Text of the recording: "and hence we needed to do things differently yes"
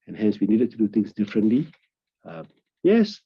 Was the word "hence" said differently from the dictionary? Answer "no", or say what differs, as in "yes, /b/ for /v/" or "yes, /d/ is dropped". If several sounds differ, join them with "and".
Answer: no